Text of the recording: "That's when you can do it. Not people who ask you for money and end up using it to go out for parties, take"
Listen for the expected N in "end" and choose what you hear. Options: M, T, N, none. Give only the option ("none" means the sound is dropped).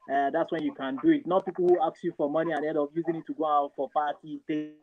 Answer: none